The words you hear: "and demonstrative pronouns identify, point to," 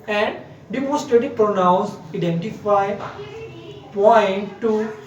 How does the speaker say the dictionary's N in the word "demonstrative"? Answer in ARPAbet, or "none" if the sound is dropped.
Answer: none